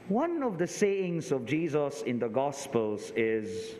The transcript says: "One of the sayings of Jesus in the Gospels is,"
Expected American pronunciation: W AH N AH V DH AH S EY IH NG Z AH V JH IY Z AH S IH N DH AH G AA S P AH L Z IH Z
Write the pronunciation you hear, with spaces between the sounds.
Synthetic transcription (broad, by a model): W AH N AH V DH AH S EY IH NG Z AH V JH IY Z AH S IH N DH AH G AA S P AH L Z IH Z